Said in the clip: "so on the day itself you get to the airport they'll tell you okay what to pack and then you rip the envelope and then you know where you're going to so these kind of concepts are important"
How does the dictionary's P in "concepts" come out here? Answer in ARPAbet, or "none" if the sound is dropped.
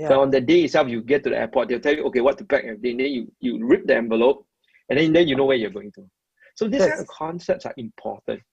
P